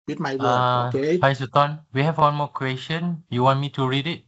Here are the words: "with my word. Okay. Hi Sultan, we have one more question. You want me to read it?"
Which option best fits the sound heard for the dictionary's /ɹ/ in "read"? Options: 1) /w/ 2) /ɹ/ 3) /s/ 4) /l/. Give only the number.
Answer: 2